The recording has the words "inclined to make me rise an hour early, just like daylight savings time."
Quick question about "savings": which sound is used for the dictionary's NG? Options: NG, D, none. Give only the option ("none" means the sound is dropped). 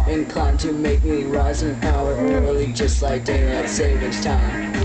none